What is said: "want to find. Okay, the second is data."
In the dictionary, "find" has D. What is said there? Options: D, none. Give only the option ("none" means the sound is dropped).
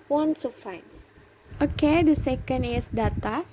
none